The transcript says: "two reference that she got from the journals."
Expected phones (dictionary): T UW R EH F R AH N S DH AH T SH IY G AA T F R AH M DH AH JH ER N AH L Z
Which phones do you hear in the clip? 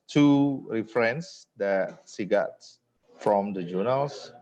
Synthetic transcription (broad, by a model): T UW R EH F R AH N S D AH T S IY G AA T F R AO M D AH JH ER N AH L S